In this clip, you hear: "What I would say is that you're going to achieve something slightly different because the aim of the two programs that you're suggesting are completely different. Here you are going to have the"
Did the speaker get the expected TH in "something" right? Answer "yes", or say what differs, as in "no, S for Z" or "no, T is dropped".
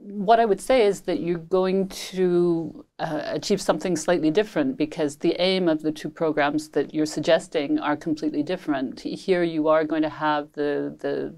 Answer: yes